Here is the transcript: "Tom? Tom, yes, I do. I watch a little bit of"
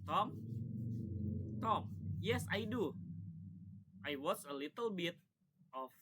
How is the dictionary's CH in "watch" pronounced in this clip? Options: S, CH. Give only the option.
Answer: S